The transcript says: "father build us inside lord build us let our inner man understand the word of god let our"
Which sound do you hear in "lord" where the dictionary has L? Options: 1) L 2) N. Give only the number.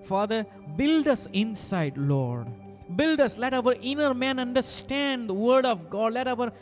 1